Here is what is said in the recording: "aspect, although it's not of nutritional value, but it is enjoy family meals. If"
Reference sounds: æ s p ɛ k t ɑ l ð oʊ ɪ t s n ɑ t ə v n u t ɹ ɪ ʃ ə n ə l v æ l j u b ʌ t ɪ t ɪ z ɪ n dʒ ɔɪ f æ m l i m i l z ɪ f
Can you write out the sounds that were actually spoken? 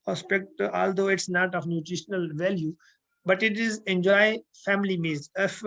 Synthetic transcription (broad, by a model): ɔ s p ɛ k t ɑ l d oʊ ɪ t s n ɑ t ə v n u t ɹ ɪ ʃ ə n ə l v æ l j u b ʌ t ɪ t ɪ z ɪ n dʒ ɔɪ f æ m l i m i z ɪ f